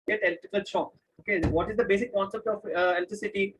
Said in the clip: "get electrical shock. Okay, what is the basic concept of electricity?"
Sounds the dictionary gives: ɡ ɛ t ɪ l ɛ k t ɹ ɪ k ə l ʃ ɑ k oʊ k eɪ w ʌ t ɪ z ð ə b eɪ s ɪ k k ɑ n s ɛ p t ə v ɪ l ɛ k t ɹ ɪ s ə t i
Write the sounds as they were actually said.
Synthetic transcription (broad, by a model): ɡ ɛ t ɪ l t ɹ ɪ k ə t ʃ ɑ oʊ k eɪ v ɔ t ɪ z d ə b eɪ s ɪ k k ɑ n s ɛ p t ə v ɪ l t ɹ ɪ s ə t i